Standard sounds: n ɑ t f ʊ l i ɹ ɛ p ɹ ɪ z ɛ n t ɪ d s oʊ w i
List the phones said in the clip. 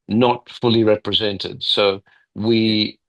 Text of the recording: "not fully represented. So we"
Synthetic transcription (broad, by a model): n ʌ t f ʊ l i ɹ ɛ p ɹ ɪ z ɛ n t ɪ d s oʊ w i